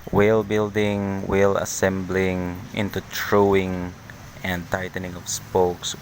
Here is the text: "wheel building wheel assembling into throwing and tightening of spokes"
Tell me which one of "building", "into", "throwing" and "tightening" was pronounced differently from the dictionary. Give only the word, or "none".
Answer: throwing